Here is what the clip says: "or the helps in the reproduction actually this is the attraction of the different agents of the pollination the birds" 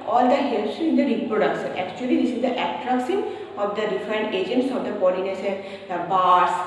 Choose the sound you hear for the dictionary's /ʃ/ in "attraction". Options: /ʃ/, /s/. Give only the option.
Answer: /s/